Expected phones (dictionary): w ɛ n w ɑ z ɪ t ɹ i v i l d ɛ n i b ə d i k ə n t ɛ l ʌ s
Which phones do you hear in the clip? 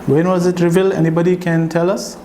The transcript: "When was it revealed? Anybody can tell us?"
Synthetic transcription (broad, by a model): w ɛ n w ɑ z ɪ t ɹ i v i l ɛ n i b ə d i k ə n t ɛ l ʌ s